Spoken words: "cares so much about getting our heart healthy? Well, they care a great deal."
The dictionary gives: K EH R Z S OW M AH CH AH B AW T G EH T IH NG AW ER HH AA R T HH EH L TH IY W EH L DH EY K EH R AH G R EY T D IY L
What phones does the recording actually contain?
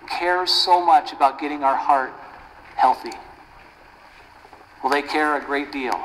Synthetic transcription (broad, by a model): K EH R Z S OW M AH CH AH B AW T G EH T IH NG AW ER HH AA R T HH EH L TH IY W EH L DH EY K EH R AH G R EY T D IY L